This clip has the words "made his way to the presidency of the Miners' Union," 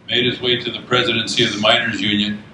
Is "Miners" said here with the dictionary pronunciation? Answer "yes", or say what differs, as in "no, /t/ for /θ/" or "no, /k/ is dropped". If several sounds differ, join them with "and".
yes